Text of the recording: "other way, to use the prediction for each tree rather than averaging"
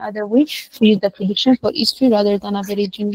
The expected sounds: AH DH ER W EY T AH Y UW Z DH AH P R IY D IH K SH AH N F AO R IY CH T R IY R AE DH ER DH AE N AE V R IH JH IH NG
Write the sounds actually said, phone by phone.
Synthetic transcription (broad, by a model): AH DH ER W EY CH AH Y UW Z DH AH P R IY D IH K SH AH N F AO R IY S T R IY R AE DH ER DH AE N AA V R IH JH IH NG